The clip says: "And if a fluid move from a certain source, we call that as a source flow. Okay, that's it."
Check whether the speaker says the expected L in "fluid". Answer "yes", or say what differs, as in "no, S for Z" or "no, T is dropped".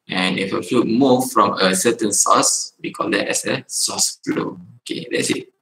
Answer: no, L is dropped